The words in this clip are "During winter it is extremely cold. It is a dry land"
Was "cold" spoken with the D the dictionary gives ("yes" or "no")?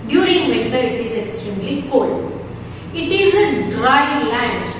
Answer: no